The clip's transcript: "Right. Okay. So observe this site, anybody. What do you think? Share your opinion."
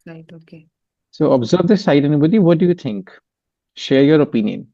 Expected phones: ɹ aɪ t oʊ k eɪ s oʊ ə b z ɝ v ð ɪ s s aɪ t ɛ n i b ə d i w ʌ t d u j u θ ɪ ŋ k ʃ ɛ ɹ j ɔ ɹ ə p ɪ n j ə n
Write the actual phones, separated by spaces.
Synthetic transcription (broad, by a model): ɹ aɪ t oʊ k eɪ s oʊ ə b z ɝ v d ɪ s s aɪ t ɛ n i b ə d i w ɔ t d u j u t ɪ ŋ k ʃ ɛ ɹ j ɔ ɹ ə p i n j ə n